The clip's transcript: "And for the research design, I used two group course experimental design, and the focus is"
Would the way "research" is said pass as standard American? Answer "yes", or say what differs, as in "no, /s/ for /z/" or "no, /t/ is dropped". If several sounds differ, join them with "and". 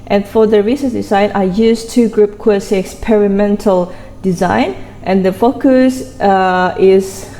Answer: no, /s/ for /tʃ/